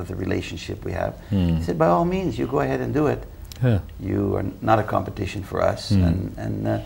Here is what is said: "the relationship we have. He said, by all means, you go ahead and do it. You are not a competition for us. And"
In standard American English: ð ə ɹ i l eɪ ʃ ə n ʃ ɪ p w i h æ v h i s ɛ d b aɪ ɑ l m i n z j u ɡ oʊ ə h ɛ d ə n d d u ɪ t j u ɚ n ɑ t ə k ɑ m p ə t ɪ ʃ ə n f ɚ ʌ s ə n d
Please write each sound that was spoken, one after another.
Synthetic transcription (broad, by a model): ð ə ɹ i l eɪ ʃ ə n ʃ ɪ p w i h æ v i s ɛ d b aɪ ɑ l m i n z j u ɡ oʊ ə h ɛ d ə n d d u ɪ t j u ɚ n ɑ t ə k ɑ m p ə t ɪ ʃ ə n f ɚ ʌ s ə n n